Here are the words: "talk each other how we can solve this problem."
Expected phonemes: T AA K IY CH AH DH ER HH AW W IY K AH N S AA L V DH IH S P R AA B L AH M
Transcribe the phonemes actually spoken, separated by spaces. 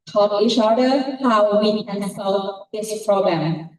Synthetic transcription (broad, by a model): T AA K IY SH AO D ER HH AW W IY K AH N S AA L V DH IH S P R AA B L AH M